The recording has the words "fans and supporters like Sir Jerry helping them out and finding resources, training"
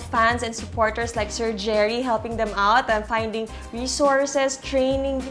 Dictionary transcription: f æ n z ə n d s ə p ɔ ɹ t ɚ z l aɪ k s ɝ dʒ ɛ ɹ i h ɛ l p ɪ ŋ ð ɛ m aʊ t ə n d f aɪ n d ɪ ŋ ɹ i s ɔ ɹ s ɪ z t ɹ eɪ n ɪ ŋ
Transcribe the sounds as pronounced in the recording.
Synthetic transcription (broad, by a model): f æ n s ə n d s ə p ɔ ɹ t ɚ s l aɪ k s ɝ dʒ ɛ ɹ i h ɛ l p ɪ ŋ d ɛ m aʊ t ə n f aɪ n d ɪ ŋ ɹ i s ɔ ɹ s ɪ s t ɹ eɪ n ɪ ŋ